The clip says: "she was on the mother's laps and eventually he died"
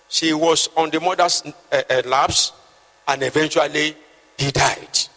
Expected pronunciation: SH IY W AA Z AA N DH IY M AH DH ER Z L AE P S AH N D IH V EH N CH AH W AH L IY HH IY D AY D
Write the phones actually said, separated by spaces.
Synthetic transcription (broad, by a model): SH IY W AA S AA N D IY M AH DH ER S L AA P S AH N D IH V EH N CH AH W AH L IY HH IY D AY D